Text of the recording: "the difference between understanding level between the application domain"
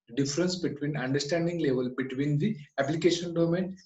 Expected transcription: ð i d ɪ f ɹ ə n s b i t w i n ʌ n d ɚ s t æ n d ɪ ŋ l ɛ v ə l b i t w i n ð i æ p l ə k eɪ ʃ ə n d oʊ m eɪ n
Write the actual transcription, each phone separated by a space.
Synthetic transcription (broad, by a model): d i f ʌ ɹ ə n s b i t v i n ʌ n d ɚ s t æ n d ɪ ŋ l ɛ v ə l b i t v i n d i æ p l ə k eɪ ʃ ə n d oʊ m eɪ n